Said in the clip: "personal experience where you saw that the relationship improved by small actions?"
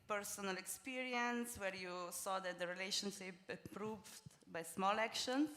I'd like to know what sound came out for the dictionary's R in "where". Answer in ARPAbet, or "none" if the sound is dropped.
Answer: R